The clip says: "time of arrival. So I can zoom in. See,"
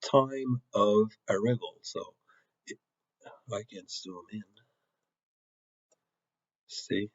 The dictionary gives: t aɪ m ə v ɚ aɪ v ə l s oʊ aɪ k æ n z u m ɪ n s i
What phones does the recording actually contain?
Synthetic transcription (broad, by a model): t aɪ m ə v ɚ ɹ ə l s oʊ aɪ k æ n s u m ɪ n s i